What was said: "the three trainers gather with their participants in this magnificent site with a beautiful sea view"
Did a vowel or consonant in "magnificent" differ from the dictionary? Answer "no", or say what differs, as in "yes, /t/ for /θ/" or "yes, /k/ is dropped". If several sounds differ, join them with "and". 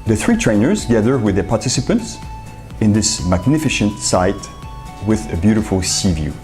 yes, /ʃ/ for /s/